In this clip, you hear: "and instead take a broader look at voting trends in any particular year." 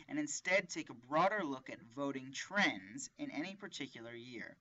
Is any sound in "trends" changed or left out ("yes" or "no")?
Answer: no